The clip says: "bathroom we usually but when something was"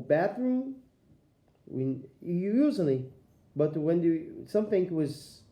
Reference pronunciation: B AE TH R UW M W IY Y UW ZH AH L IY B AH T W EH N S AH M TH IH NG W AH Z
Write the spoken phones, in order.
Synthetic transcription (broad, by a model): B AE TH R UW M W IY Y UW Z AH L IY B AH T W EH N S AH M TH IH NG W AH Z